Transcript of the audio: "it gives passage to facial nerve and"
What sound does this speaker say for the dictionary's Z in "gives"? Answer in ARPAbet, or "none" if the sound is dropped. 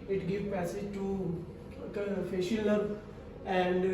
none